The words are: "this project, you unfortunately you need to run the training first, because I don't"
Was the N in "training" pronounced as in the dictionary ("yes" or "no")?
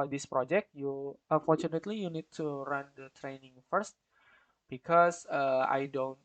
yes